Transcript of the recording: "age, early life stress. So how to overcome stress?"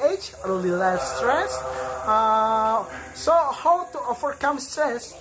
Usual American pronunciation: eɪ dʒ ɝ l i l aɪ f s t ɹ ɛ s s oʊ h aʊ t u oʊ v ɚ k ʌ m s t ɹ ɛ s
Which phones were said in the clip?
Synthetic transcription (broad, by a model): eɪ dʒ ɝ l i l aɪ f s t ɹ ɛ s s oʊ h aʊ t u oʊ f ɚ k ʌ m s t ɹ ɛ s